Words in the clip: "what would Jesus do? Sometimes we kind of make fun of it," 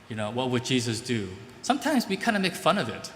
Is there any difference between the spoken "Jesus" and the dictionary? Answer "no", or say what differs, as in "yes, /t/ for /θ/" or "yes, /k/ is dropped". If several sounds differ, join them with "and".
no